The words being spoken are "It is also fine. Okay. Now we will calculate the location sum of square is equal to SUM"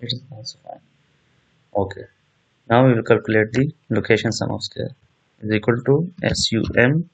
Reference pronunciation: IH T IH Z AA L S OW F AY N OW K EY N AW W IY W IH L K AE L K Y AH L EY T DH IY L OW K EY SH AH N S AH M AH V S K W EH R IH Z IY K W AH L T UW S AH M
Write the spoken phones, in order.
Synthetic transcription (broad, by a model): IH T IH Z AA S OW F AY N OW K EY N AW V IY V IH L K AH L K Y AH L EY T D IY L OW K EY SH AH N S AH M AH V S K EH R IH Z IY K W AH L T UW S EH M